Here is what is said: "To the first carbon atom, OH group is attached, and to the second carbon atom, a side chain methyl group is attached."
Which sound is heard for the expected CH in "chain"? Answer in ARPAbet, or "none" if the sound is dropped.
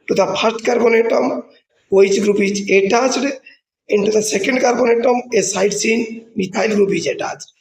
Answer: S